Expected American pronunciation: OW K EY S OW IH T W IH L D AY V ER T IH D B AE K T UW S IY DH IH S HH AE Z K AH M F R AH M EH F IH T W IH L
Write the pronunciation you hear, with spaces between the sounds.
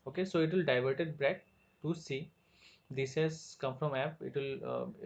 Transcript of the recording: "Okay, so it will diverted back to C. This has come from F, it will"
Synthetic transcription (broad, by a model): OW K EY S OW IH T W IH L D AY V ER T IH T B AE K T UW S IY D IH S HH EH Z K AH M F R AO M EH P IH T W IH L